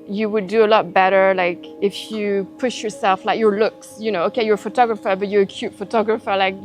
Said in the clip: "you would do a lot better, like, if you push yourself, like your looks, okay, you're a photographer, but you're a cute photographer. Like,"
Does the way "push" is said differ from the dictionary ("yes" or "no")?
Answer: no